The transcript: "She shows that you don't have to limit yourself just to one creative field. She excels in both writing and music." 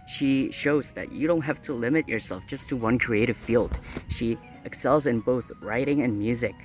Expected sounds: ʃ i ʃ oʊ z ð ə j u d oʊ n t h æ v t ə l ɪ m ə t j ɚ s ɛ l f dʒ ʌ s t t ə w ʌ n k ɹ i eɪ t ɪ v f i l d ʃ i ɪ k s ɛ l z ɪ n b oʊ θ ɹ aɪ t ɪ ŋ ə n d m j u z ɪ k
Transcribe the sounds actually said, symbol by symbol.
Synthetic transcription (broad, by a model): ʃ i ʃ oʊ z ð ə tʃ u d oʊ n t h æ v t ə l ɪ m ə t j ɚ s ɛ l f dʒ ʌ s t t ə w ʌ n k ɹ i eɪ t ɪ v f i l d ʃ i ɪ k s ɛ l z ɪ n b oʊ θ ɹ aɪ t ɪ ŋ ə n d m j u z ɪ k